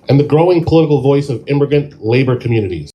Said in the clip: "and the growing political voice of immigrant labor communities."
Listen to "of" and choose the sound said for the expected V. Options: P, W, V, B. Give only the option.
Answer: V